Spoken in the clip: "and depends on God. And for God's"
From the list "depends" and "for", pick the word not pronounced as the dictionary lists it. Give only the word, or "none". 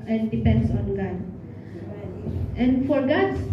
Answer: depends